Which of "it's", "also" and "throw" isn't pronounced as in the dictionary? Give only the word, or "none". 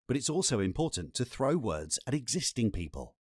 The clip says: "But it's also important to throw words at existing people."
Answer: none